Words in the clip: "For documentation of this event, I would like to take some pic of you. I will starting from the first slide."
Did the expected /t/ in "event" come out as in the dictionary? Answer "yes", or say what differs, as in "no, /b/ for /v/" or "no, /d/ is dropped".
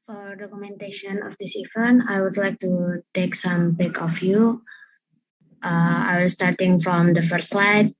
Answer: no, /t/ is dropped